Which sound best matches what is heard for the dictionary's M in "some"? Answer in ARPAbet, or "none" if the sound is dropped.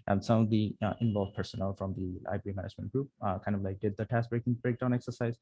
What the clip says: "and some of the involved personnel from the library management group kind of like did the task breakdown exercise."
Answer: none